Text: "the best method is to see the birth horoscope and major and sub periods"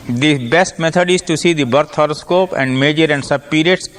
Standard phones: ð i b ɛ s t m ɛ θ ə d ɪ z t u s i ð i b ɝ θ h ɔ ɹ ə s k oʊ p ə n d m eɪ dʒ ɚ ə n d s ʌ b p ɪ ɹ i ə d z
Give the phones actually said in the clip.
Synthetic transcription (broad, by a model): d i b ɛ s t m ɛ t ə d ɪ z t u s i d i b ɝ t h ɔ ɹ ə s k oʊ p ə n d m eɪ dʒ ɚ ə n d s ʌ b p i ɹ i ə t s